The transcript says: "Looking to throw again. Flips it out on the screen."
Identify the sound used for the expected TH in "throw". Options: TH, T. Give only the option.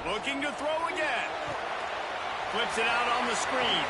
TH